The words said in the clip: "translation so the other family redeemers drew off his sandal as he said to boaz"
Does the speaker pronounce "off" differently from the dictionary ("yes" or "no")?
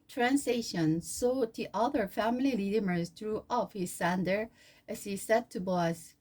no